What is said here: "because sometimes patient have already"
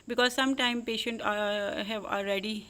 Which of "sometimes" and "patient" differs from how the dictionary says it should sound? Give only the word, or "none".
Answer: sometimes